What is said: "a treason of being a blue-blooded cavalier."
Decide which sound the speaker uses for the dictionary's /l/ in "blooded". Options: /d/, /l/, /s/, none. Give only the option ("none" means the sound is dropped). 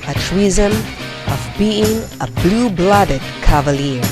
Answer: /l/